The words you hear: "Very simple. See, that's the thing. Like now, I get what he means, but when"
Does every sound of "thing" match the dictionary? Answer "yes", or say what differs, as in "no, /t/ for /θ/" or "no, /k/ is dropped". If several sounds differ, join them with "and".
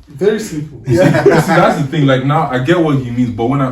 yes